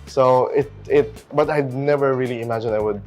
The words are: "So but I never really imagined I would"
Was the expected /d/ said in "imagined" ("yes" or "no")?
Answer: no